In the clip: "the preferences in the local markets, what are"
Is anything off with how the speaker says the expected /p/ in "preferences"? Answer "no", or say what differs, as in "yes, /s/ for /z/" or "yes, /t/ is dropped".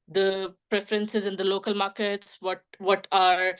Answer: no